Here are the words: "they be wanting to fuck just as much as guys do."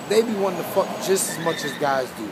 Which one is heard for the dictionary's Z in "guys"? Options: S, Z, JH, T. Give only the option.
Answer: Z